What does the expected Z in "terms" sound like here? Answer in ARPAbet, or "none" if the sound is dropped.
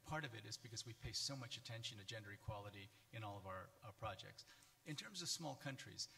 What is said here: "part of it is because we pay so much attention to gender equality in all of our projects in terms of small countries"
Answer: Z